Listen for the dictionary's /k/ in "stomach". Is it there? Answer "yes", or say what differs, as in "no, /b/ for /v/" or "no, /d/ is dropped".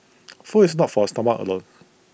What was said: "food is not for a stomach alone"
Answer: no, /k/ is dropped